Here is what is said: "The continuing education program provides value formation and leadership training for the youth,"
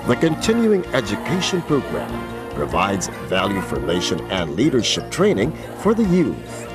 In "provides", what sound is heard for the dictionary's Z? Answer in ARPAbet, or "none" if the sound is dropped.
Z